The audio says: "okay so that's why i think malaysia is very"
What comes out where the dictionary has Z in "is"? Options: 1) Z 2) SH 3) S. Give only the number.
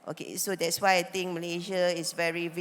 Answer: 3